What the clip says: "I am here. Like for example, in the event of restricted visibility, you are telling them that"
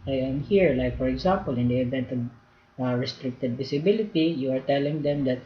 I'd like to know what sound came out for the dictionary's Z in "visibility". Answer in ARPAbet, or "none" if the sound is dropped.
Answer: S